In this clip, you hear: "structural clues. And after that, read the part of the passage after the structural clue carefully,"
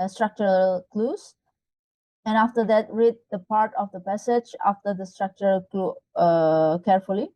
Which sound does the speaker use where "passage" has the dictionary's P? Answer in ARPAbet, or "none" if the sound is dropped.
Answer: P